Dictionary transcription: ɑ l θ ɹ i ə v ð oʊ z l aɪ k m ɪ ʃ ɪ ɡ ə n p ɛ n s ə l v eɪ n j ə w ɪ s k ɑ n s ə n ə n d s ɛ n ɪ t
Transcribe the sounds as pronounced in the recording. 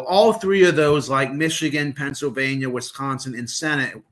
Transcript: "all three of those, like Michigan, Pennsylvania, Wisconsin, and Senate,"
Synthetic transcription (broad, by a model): ɑ l θ ɹ i ə v ð oʊ z l aɪ k m ɪ ʃ ɪ ɡ ə n p ɛ n s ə l v eɪ n j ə w ɪ s k ɑ n s ə n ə n s ɛ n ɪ t